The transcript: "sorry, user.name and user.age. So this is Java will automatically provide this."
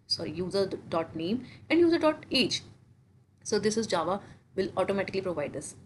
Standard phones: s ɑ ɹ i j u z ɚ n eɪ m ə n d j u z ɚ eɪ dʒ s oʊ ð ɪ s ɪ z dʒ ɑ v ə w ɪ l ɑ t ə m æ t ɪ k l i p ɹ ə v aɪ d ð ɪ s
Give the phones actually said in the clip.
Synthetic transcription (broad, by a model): s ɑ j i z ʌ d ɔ n eɪ m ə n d j u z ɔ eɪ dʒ s oʊ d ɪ s ɪ z dʒ ɑ v ə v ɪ l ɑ t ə m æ t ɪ k l i p ɹ ə v aɪ d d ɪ s